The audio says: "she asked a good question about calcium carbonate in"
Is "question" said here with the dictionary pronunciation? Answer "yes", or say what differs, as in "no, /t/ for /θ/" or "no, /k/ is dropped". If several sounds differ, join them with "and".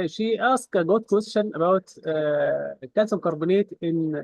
no, /ʃ/ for /tʃ/